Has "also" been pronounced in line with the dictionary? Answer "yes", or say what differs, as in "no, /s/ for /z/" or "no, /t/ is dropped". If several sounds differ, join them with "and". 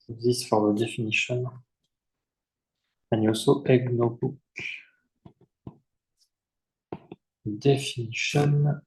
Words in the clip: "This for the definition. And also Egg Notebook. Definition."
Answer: no, /l/ is dropped